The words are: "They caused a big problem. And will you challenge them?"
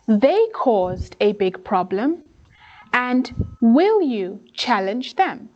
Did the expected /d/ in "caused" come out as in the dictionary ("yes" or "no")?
yes